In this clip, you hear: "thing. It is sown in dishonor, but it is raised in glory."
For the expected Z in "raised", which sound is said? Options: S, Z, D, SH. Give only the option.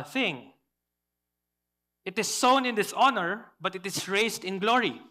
S